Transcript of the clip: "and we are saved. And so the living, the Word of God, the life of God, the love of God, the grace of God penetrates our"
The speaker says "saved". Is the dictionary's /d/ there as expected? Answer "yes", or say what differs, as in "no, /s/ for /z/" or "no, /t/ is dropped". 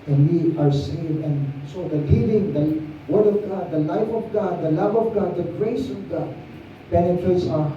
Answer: no, /d/ is dropped